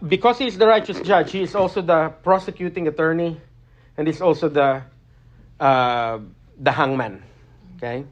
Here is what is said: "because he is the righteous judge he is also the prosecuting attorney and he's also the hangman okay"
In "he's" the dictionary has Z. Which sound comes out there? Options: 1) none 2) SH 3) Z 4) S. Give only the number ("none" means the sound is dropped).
4